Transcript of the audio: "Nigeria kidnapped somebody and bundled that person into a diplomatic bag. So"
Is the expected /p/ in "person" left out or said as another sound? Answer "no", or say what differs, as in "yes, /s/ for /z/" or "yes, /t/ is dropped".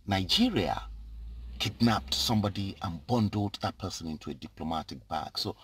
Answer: no